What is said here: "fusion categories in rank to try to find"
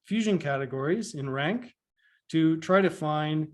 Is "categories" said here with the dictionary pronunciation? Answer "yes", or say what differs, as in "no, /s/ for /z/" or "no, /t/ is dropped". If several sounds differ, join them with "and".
yes